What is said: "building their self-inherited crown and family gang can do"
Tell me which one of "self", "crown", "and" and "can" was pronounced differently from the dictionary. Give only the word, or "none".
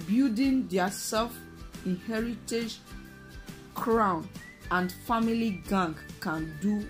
none